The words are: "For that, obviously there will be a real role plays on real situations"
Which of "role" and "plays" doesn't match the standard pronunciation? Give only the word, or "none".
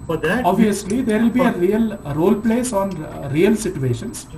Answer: plays